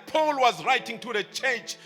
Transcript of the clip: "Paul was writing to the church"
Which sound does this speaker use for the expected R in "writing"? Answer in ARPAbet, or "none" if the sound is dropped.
R